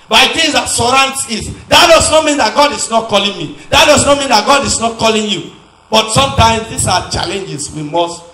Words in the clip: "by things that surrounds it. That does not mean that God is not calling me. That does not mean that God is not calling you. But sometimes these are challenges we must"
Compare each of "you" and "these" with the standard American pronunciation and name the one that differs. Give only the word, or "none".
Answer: these